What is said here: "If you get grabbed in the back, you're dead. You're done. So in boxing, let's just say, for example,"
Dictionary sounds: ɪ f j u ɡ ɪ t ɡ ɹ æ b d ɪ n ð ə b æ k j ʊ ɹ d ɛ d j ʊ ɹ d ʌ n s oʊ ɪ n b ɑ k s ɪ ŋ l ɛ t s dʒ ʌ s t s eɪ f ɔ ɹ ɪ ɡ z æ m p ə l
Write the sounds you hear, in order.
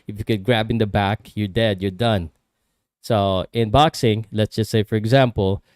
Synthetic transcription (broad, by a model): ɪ f j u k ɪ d ɡ ɹ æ b ɪ n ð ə b æ k j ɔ ɹ d ɛ d j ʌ ɹ d ʌ n s oʊ ɪ n b ɑ k s ɪ ŋ l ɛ t s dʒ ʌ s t s eɪ f ɔ ɹ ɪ ɡ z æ m p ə l